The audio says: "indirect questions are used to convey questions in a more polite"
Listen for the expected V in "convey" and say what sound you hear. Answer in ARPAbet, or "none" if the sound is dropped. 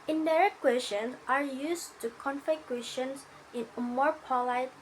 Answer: F